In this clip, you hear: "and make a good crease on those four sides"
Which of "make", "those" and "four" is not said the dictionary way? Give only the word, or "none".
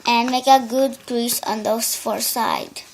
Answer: those